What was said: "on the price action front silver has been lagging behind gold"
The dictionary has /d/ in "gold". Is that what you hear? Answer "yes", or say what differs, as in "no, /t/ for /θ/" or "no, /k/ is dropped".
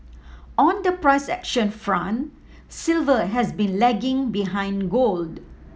yes